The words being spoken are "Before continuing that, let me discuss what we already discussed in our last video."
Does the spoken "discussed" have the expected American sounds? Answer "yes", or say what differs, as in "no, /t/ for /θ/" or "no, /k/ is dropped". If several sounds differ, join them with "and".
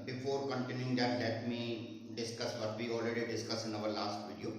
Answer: no, /t/ is dropped